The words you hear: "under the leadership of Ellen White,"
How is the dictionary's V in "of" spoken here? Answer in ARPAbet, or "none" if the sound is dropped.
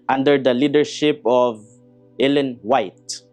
V